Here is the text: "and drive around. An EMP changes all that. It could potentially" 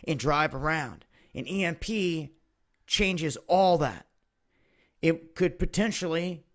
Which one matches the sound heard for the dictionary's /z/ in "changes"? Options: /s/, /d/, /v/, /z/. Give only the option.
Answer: /z/